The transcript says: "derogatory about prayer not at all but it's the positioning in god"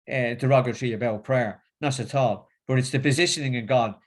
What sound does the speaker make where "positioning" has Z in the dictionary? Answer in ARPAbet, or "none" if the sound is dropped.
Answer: Z